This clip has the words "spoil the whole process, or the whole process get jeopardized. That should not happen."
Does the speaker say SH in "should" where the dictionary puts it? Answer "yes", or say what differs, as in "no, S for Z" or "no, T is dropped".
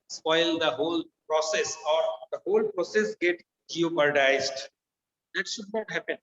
yes